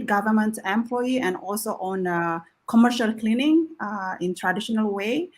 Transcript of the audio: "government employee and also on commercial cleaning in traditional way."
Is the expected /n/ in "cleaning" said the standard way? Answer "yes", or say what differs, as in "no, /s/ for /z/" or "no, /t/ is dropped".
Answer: yes